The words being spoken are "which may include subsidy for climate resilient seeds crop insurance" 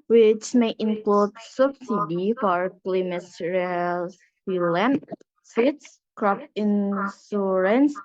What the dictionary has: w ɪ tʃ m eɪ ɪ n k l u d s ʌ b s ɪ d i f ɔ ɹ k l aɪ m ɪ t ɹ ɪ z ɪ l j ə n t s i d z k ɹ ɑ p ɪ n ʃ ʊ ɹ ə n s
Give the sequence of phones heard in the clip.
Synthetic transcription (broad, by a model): w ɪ tʃ m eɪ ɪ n k l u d s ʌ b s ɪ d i f ɔ ɹ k l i m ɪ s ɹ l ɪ l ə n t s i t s k ɹ ɑ p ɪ n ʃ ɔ ɹ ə n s